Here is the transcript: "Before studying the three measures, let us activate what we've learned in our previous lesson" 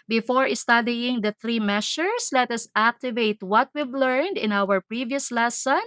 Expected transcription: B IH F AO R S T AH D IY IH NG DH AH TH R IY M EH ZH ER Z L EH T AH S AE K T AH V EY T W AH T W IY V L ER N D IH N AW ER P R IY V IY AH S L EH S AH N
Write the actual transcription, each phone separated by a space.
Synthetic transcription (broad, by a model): B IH F AO R S T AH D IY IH NG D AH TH R IY M EH S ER S L EH T AH S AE K T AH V EY T W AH T W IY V L ER N D IH N AW ER P R IY V IY AH S L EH S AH N